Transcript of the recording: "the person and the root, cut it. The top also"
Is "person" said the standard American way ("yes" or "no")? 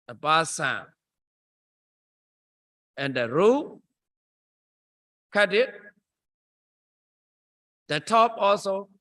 no